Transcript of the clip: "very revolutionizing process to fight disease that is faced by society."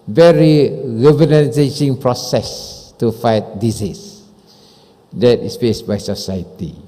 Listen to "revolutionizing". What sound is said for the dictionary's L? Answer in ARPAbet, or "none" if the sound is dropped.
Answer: N